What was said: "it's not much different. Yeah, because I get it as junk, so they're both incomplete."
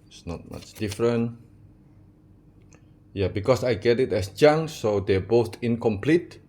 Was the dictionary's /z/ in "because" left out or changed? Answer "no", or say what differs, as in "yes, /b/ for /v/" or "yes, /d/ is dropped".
yes, /s/ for /z/